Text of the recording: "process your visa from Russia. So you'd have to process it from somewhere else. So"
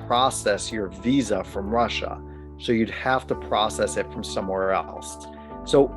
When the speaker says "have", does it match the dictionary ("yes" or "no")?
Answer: no